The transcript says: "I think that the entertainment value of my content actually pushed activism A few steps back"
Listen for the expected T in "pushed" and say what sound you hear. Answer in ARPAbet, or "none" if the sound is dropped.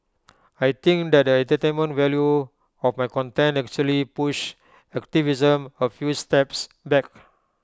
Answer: none